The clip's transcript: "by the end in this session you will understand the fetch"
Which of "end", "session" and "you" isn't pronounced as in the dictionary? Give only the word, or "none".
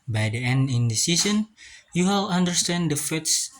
session